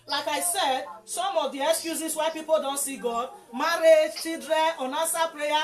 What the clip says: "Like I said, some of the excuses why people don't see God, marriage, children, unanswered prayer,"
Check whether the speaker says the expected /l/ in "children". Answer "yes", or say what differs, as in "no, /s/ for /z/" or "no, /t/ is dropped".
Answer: no, /l/ is dropped